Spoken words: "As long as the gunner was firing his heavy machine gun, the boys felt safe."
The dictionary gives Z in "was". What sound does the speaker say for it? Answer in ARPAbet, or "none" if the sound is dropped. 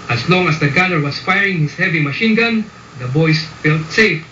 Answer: S